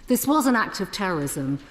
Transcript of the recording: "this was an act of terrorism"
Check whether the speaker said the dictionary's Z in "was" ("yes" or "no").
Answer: yes